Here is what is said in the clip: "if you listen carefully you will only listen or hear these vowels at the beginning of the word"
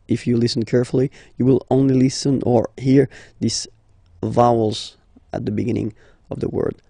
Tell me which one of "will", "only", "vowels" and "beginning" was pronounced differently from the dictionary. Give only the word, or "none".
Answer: none